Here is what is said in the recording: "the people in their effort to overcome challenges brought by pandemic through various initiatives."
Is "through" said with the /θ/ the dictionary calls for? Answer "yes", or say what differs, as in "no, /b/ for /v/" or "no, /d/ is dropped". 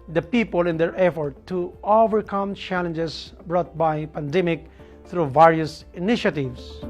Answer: no, /t/ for /θ/